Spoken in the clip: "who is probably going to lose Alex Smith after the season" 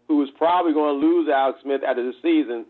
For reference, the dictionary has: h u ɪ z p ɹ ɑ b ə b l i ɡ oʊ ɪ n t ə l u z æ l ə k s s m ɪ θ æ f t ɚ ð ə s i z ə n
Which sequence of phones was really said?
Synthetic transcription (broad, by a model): h u ɪ z p ɹ ɑ b ə b l i ɡ oʊ ɪ n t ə l u z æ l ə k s s m ɪ θ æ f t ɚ ð ə s i z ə n